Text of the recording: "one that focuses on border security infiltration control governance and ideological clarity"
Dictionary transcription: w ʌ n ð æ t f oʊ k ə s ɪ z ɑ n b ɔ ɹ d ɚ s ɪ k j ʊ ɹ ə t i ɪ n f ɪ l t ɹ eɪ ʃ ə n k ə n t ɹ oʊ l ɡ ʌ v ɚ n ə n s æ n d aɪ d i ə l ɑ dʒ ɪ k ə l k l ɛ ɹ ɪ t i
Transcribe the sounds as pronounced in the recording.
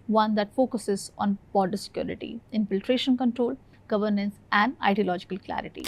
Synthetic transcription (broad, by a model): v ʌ n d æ t f oʊ k ə s ɪ z ɑ n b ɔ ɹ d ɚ s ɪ k j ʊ ɹ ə t i ɪ n f ɪ l t ɹ eɪ ʃ ə n k ə n t ɹ oʊ l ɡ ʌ v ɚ n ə n s æ n d aɪ d i ə l ɑ dʒ ɪ k ə l k l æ ɹ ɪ t i